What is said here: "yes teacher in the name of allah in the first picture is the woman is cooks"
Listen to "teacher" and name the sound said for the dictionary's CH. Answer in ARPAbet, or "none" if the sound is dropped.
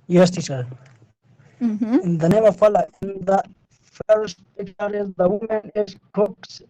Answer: S